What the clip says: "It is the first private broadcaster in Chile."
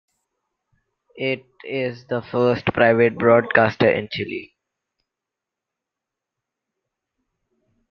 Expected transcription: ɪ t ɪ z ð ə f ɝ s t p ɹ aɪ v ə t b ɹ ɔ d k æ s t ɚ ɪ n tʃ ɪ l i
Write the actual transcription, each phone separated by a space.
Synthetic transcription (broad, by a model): ɪ t ɪ z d ə f ɝ s t p ɹ aɪ v ə t b ɹ ɔ d k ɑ s t ɚ ɪ n tʃ ɪ l i